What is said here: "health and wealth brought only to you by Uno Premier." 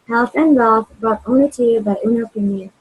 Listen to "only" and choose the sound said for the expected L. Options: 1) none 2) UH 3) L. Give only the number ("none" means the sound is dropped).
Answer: 1